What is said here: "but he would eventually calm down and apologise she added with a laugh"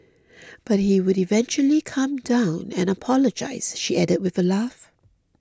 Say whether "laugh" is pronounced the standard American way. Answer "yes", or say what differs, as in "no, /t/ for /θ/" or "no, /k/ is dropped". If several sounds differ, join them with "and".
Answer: yes